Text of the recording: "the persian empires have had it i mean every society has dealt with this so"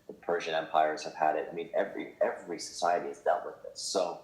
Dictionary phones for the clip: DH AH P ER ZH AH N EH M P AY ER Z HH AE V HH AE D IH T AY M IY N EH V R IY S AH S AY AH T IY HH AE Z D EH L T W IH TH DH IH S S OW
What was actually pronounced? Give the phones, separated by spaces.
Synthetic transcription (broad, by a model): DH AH P ER ZH AH N EH M P AY ER Z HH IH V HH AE D IH T AY M IY N EH V R IY S AH S AY AH T IY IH Z D EH L T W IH DH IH S S OW